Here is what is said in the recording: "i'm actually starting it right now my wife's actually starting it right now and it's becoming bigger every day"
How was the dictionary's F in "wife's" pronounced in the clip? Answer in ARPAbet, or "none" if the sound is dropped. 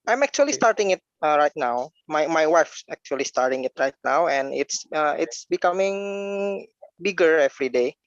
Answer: F